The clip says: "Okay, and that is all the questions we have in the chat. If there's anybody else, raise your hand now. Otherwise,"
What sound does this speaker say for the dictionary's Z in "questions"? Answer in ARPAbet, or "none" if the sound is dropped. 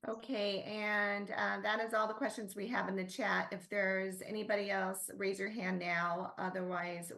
Z